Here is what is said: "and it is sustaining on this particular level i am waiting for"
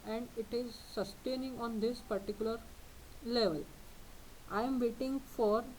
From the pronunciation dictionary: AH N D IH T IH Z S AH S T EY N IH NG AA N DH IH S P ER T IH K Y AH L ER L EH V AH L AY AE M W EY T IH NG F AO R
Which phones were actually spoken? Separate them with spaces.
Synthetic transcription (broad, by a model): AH N D IH T IH Z S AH S T EY N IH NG AA N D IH S P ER T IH K Y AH L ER L EH V AH L AY M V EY T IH NG F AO R